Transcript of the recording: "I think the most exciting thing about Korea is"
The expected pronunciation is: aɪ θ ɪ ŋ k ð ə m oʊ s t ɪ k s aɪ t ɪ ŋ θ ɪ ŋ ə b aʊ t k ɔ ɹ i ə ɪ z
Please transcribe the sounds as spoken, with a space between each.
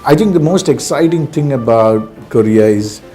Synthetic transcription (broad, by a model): aɪ t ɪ ŋ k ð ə m oʊ s t ɪ k s aɪ t ɪ ŋ t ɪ ŋ ə b aʊ t k ɔ ɹ i ə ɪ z